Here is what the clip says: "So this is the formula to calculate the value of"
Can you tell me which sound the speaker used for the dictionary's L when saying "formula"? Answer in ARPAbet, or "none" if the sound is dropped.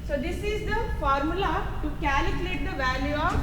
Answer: L